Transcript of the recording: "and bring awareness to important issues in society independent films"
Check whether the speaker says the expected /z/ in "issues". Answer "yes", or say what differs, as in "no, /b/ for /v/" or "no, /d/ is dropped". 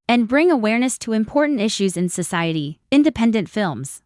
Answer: yes